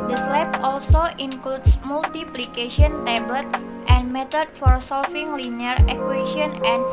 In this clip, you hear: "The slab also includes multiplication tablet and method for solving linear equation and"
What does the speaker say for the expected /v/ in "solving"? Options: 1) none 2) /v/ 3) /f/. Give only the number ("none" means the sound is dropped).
3